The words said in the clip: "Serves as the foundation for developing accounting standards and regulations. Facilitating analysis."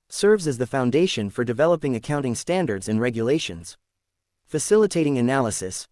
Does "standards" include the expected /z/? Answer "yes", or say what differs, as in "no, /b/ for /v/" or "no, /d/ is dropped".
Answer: yes